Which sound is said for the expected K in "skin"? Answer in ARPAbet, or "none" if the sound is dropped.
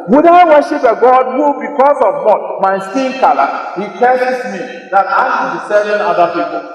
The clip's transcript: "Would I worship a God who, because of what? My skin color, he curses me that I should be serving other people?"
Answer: none